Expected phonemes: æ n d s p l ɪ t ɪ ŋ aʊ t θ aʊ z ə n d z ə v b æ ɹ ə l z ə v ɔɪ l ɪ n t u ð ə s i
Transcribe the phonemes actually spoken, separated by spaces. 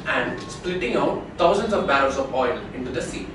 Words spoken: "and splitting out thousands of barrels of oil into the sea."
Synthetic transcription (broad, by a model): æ n d s p l ɪ t ɪ ŋ aʊ t t aʊ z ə n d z ə v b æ ɹ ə z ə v ɔɪ l ɪ n t u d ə s i